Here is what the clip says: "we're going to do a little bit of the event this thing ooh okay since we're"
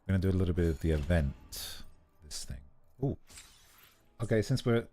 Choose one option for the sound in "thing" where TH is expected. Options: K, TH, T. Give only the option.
TH